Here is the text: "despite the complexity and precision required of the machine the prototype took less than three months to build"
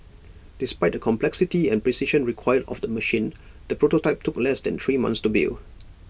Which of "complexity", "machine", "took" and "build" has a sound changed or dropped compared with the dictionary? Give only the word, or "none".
build